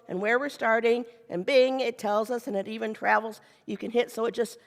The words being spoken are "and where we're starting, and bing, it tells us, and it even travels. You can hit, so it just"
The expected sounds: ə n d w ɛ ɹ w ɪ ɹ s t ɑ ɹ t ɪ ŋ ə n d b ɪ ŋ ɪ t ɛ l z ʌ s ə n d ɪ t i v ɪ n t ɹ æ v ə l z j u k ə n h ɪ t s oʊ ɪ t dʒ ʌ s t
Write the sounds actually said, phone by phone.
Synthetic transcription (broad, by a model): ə n w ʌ ɹ w ɪ ɹ s t ɑ ɹ t ɪ ŋ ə n b ɪ ŋ ɪ t ɛ l z ʌ s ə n ɪ t i v ɪ n t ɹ æ v l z j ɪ k ə n h ɪ t s oʊ ɪ t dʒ ʌ s t